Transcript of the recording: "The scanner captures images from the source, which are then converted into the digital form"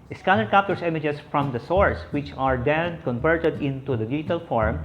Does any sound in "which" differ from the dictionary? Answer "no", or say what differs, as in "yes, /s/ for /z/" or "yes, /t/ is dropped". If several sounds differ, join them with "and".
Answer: no